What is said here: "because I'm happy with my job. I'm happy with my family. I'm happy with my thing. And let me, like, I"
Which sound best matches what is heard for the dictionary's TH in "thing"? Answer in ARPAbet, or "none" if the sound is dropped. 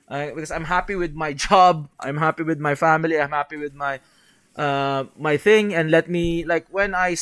TH